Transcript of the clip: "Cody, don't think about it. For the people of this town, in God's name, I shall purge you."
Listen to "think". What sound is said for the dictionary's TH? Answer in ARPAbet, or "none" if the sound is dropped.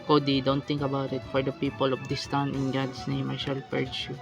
T